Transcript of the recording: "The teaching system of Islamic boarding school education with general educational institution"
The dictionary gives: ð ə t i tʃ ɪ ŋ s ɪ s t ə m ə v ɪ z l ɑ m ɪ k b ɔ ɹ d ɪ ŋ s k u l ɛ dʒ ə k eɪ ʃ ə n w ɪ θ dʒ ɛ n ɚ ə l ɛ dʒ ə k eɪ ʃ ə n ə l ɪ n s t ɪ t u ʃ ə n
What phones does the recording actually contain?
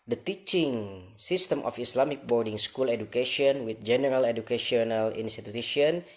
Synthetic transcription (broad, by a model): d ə t i tʃ ɪ ŋ s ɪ s t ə m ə f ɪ s l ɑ m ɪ k b ɔ ɹ d ɪ ŋ s k u l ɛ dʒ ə k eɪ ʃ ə n w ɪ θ dʒ ɛ n ɚ ə l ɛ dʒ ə k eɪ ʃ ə n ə l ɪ n s t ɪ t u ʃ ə n